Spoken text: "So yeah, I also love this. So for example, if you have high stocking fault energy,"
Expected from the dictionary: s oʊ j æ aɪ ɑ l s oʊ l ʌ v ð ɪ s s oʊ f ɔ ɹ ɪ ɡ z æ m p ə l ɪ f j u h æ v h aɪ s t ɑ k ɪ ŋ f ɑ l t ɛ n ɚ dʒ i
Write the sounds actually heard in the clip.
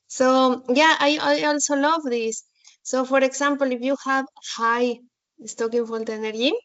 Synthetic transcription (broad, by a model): s oʊ j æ aɪ ɑ l s oʊ l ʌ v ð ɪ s s oʊ f ɔ ɹ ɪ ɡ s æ m p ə l ɪ f j u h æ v h aɪ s t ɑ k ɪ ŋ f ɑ n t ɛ n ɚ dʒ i